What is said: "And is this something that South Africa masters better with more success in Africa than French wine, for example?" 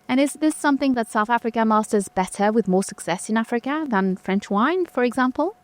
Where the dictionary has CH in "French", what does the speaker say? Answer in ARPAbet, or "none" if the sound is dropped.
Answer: CH